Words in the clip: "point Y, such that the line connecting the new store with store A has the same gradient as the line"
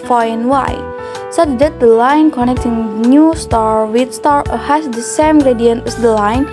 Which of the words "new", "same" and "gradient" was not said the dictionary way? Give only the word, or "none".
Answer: none